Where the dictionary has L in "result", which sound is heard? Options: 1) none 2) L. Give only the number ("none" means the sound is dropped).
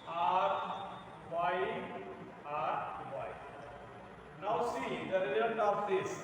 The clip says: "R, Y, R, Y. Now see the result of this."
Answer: 1